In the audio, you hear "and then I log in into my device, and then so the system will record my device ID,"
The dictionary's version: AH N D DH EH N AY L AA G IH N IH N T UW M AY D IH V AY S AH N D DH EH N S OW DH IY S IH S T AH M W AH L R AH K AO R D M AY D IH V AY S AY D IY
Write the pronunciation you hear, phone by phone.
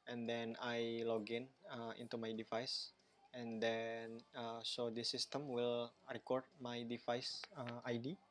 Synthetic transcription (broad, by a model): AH N D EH N AY L AA G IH N IH N T UW M AY D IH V AY S AH N D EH N S OW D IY S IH S T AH M W AH L R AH K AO R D M AY D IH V AY S AY D IY